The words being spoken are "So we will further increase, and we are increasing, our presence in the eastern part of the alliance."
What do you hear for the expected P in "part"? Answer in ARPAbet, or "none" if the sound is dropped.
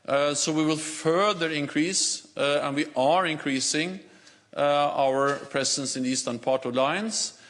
P